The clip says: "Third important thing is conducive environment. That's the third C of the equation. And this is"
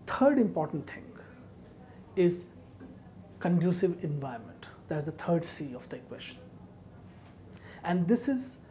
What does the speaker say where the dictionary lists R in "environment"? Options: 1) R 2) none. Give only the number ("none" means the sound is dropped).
2